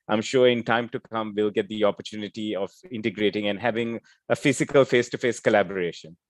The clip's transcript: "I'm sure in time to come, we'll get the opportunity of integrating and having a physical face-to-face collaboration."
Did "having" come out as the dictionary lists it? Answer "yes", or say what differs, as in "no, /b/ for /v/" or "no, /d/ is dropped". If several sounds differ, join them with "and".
yes